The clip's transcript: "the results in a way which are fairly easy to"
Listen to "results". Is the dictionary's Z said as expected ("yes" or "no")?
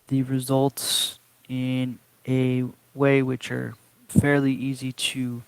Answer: yes